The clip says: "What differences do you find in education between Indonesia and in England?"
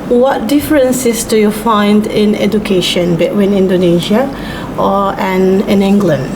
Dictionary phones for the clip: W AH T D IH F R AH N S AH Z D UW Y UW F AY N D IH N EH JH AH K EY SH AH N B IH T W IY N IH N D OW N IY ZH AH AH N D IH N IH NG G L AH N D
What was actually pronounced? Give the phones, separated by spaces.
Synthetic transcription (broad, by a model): W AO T D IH F R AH N S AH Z D UW Y UW F AY N D IH N EH JH AH K EY SH AH N B IH T W IY N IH N D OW N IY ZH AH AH N IH N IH NG G L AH N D